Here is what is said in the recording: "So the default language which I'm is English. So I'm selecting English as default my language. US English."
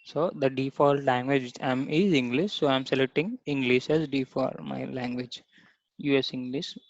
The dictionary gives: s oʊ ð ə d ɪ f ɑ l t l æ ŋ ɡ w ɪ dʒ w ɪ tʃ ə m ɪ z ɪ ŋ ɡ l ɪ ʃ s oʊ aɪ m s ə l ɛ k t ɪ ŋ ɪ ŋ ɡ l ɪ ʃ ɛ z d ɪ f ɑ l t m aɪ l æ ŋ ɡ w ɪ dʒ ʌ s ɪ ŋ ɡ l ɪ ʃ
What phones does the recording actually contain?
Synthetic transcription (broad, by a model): s oʊ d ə d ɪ f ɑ l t l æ ŋ ɡ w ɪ dʒ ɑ ə m ɪ z ɪ ŋ ɡ l ɪ ʃ s oʊ aɪ m s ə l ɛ t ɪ ŋ ɪ ŋ ɡ l ɪ ʃ ɛ z d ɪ f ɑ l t m aɪ l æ ŋ ɡ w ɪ dʒ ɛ s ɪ ŋ ɡ l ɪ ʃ